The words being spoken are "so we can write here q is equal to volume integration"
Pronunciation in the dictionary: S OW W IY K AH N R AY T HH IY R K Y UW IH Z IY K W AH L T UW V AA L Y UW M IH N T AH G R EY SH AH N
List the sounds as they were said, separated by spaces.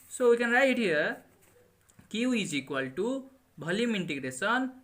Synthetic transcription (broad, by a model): S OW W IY K AH N R AY T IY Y K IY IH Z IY K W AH L T UW B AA L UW M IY N T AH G R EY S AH N